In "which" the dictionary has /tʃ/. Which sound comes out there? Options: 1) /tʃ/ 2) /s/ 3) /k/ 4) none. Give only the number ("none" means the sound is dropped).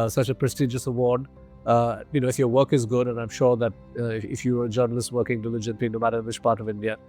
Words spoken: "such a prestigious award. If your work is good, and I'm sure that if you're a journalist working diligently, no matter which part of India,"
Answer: 1